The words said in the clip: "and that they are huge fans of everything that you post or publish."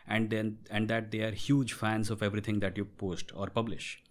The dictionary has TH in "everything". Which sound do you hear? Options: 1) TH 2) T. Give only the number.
2